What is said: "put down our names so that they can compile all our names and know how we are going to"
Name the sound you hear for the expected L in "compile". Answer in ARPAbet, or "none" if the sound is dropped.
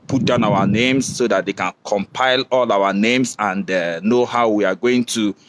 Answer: L